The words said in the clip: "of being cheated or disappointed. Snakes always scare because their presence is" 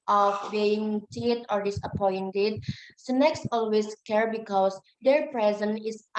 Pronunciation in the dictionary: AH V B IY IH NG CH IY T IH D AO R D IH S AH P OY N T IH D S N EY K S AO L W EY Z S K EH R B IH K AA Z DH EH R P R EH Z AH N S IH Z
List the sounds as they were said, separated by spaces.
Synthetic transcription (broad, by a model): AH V B IY IH NG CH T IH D AO R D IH S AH P OY N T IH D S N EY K S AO L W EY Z S K EH R B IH K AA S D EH R P R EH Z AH N IH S